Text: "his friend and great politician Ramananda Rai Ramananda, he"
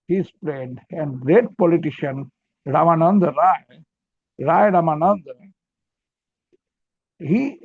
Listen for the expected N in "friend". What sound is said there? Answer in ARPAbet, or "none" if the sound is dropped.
none